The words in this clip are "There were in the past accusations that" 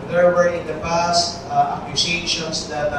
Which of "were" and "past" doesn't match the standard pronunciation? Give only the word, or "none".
none